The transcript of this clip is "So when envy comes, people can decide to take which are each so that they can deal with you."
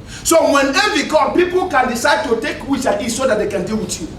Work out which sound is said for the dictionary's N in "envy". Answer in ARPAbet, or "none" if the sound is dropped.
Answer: none